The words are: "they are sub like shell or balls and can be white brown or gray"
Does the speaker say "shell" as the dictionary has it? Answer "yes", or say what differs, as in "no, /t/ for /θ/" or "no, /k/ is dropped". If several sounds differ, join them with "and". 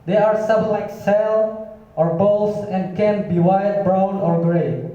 no, /s/ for /ʃ/